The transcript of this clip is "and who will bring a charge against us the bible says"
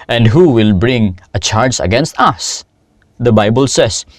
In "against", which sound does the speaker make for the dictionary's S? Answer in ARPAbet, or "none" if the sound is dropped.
S